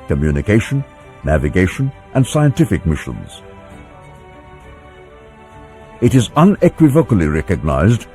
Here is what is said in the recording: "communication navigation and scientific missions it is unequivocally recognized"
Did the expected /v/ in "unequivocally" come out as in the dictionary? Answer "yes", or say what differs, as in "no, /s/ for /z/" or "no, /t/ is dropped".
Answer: yes